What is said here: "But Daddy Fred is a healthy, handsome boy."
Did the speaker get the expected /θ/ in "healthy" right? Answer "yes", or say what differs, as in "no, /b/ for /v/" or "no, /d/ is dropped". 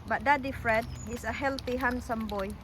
no, /t/ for /θ/